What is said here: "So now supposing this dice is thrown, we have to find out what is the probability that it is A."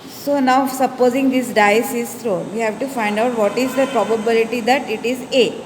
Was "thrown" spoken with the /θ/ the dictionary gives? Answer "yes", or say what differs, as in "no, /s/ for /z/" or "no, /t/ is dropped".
no, /t/ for /θ/